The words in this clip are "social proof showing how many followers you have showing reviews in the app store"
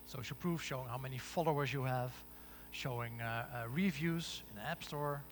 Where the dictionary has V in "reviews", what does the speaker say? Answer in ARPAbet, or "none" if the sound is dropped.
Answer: V